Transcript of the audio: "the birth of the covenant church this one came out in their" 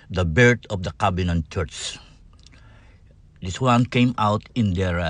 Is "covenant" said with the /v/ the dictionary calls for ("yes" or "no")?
no